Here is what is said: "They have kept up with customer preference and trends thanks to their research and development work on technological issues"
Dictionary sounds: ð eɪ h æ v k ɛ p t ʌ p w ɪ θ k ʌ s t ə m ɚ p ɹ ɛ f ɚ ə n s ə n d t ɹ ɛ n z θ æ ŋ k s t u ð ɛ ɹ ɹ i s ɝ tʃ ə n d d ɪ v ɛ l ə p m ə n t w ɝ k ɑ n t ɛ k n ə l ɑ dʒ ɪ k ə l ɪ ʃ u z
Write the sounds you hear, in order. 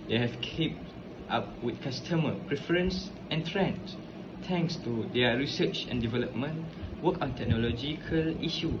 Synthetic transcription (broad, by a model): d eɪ h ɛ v k ɛ p t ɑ p w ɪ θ k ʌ s t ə m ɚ p ɹ ɛ f ɚ ə n s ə n t ɹ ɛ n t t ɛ ŋ k s t u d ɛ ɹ ɹ i s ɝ tʃ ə n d d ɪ v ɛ l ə p m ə n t w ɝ k ɑ n t ɛ k n ə l ɑ dʒ ɪ k ə l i ʃ u